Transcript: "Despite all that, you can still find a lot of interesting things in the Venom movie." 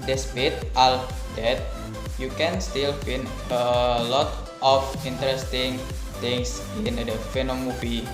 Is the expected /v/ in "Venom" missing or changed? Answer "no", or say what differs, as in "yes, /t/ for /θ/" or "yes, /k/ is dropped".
yes, /f/ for /v/